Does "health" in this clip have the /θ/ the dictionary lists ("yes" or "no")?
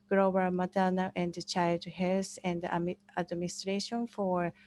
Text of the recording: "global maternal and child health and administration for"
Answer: no